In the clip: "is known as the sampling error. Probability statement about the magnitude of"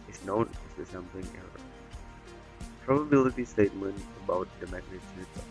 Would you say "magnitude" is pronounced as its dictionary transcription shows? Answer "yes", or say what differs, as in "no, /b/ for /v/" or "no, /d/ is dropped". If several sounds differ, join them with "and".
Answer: no, /s/ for /t/ and /d/ is dropped